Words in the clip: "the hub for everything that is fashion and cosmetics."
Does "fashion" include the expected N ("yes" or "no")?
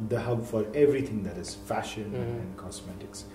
yes